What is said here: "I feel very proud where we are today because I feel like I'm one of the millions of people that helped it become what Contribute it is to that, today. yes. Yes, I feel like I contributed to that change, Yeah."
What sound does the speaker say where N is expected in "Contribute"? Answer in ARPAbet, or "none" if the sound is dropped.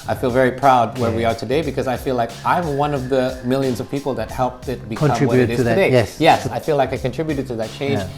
none